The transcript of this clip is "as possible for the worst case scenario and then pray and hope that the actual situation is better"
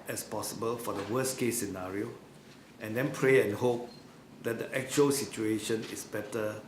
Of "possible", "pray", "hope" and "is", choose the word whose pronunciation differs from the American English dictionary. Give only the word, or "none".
is